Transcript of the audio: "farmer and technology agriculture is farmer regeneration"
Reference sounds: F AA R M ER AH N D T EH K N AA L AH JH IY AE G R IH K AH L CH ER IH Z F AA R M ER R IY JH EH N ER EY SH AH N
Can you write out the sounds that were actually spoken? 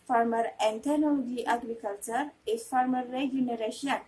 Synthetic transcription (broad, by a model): F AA R M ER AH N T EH N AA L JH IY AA G R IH K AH L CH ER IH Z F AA R M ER R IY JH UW N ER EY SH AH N